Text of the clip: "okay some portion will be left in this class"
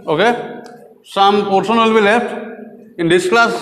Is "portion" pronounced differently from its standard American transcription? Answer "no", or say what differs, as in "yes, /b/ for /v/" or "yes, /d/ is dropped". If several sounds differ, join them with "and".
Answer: yes, /s/ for /ʃ/